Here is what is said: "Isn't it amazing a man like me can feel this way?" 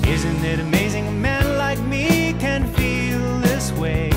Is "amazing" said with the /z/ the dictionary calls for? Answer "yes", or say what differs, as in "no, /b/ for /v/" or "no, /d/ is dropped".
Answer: yes